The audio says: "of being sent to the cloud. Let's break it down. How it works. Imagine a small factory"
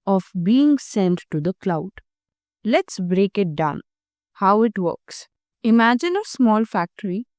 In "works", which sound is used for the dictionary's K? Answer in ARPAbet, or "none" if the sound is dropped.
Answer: K